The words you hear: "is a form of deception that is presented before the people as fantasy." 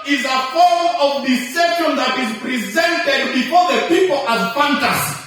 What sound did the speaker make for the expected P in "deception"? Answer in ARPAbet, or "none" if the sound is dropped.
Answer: none